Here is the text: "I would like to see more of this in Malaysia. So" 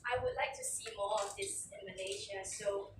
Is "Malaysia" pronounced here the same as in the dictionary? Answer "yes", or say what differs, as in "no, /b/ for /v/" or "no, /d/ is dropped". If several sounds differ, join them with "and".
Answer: no, /n/ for /l/ and /ʃ/ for /ʒ/